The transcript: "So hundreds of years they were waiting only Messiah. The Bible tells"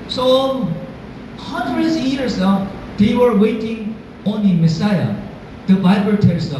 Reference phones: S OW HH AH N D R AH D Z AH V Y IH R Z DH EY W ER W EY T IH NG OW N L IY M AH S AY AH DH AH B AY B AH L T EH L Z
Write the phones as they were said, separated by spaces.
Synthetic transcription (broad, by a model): S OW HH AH N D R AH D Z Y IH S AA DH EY W ER W EY T IH NG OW N IY M AH S AY AH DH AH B AY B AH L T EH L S